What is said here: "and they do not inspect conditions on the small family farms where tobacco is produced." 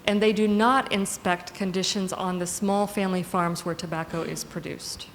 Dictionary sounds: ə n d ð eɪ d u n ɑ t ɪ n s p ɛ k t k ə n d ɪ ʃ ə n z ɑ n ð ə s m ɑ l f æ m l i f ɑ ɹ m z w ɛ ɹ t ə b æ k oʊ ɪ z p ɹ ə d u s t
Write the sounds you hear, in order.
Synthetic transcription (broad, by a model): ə n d ð eɪ d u n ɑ t ɪ n s p ɛ k t k ə n d ɪ ʃ ə n z n ð ə s m ɑ l f æ m l i f ɑ ɹ m z w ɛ ɹ t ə b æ k oʊ ɪ z p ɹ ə d u s t